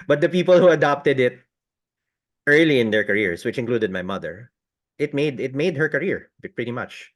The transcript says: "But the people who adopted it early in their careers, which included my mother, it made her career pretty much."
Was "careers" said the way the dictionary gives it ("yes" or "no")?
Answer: no